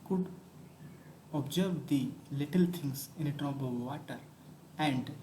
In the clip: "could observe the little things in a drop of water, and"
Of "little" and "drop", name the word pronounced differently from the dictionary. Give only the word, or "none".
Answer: drop